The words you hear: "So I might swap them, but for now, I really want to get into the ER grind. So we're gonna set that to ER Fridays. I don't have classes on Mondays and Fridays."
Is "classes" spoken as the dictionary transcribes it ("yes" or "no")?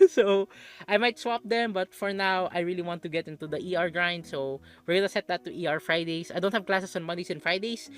no